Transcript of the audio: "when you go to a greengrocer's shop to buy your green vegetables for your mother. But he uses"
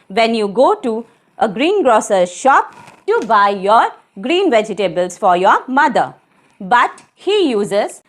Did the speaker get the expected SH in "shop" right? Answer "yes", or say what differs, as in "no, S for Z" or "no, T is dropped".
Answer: yes